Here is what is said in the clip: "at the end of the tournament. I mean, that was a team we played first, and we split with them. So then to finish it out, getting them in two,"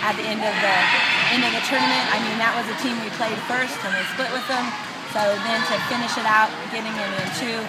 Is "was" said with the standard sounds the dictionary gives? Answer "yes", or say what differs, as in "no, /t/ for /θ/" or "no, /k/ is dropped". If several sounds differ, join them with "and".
yes